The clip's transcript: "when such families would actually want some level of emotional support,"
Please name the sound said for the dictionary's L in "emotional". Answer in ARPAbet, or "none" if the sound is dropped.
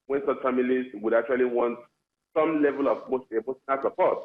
N